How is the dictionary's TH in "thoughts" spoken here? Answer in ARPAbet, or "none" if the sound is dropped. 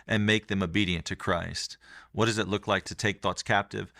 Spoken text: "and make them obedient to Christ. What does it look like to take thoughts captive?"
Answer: TH